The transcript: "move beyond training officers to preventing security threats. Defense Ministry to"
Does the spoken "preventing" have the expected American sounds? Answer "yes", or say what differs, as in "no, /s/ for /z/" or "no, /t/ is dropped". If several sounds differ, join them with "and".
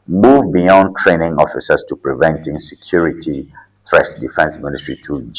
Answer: yes